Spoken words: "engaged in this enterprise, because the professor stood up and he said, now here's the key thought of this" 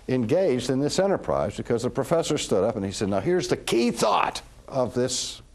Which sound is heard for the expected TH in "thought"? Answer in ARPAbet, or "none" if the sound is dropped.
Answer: TH